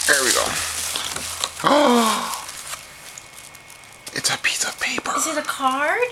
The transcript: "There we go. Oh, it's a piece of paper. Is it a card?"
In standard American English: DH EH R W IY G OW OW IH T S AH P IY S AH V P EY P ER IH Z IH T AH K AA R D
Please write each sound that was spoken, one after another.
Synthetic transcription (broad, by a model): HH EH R W IY G OW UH IH T S AH P IY S AH V P EY P ER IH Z IH T AH K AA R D